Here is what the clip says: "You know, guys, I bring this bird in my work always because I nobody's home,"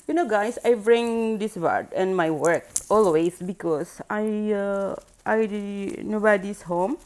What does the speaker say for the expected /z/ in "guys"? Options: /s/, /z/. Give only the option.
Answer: /s/